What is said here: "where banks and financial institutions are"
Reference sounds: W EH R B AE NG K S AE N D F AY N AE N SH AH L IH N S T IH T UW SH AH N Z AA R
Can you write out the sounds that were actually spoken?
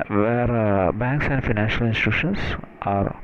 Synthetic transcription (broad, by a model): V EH R B AE NG K S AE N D F AY N AE N SH AH L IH N S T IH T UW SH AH N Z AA R